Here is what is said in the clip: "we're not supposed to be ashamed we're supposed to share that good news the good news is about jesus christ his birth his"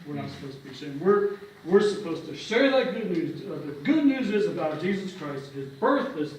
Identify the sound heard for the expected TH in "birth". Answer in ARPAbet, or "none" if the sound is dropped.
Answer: TH